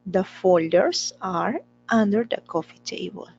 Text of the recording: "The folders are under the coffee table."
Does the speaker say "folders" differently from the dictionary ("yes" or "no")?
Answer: yes